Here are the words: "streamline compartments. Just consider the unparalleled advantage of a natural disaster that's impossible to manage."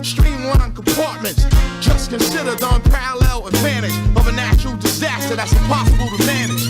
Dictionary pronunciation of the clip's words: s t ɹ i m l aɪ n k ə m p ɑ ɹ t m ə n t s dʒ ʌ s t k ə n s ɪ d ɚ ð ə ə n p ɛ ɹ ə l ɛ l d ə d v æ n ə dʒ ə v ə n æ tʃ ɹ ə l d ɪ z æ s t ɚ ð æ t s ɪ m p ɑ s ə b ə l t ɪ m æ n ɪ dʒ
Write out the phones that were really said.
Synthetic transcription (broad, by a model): s t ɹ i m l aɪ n k ə m p ɑ ɹ t m ə n t s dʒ ʌ s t k ə n s ɪ d ɚ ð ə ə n p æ ɹ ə l ɛ l ə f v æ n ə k ə v ə n æ ʃ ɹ l d ɪ z æ s t ɚ ð æ t s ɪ p ɑ s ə b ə l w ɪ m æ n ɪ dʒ